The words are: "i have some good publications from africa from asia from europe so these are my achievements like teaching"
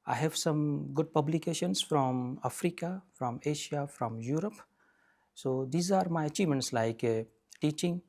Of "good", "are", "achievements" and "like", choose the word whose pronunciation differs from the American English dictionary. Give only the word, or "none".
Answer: achievements